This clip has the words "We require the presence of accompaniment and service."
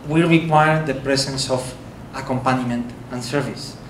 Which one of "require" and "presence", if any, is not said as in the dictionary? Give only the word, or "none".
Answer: presence